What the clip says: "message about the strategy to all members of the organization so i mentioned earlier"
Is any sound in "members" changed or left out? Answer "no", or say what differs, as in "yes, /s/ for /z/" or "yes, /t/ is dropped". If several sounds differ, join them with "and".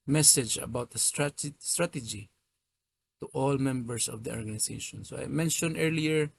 yes, /s/ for /z/